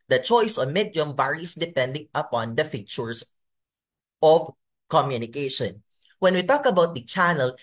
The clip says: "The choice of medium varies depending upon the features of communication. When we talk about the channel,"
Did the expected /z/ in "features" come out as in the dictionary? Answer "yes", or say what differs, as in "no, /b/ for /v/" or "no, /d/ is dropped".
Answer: no, /s/ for /z/